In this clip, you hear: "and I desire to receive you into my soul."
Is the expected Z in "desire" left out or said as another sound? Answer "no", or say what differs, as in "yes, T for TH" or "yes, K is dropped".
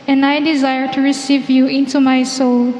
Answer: no